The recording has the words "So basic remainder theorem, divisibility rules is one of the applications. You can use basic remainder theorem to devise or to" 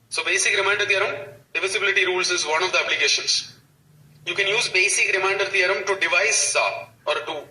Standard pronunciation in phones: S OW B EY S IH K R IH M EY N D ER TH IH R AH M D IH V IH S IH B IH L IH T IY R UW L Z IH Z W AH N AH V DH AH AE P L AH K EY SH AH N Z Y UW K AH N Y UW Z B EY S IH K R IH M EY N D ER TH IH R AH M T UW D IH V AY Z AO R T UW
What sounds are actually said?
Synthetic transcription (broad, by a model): S OW B EY S IH K R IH M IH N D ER T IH R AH M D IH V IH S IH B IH L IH T IY R UW L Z IH Z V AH N AH V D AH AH B L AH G EY SH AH N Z Y UW K AH N Y UW Z B EY S IH K R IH M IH N D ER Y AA R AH M T UW D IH V AY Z AO R T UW